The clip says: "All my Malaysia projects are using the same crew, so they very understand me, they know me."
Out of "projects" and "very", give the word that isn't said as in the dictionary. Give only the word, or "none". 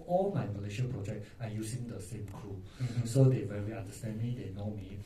projects